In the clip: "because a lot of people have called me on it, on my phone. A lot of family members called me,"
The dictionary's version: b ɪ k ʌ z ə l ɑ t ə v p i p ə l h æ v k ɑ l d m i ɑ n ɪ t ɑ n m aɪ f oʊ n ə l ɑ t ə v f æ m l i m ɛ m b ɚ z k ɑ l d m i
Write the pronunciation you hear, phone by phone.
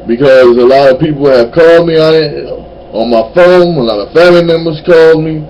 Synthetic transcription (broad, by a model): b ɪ k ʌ z ə l ɑ t ə v p i p l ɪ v k ɑ l d m i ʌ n ɪ t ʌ n m aɪ f oʊ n ə l ɑ t ə v f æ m i m ɛ m b ɚ z k ɑ l d m i